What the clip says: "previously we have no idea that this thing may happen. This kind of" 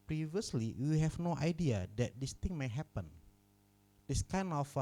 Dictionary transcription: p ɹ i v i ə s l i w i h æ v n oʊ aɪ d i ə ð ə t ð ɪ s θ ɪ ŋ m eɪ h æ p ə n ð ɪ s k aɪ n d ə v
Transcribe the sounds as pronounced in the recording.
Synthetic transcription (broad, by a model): p ɹ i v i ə s l i w i h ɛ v n oʊ aɪ d i ə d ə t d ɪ s t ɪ ŋ m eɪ h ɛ p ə n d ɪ s k aɪ n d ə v